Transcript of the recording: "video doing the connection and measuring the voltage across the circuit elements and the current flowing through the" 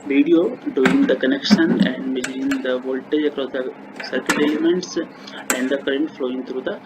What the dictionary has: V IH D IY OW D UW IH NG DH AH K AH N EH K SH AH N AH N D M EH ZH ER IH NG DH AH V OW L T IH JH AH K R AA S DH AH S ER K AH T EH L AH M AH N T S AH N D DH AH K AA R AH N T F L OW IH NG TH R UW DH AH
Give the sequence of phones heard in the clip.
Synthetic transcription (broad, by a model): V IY D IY OW D UW IH NG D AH K AH N EH K SH AH N AH N D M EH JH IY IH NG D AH V OW L T IH JH AH K R AA S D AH S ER K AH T EH L AH M AH N T S AH N D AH K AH R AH N T F L OW IH NG T R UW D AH